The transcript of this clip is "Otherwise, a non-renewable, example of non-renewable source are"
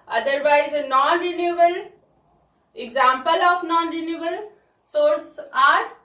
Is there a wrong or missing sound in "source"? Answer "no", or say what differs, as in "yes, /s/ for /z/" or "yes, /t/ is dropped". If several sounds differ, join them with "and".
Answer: no